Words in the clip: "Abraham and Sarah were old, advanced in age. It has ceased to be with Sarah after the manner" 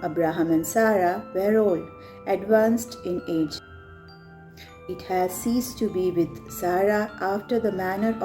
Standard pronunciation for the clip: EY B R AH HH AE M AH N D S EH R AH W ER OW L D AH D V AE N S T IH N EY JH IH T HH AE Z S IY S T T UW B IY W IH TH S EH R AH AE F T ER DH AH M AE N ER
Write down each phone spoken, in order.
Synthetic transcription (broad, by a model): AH B R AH HH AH M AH N S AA R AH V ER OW L AH D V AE N S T IH N EY JH IH T HH AE Z S IY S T T UW B IY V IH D S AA R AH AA F T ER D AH M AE N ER